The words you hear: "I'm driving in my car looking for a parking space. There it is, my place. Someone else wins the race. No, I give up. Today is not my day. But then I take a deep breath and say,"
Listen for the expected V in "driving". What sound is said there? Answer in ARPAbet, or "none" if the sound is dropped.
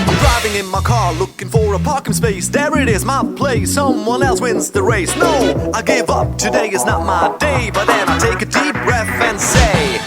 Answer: V